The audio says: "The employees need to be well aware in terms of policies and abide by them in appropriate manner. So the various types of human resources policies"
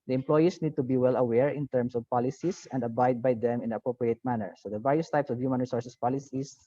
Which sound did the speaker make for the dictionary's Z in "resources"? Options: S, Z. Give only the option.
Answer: S